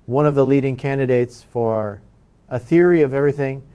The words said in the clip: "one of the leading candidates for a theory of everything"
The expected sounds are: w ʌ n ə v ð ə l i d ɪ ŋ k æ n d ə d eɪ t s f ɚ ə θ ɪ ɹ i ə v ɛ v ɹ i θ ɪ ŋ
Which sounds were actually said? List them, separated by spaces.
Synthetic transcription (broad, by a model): w ʌ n ə v ð ə l i d ɪ ŋ k æ n d ə d eɪ t s f ɚ ə θ ɪ ɹ i ə v ɛ v ɹ i θ ɪ ŋ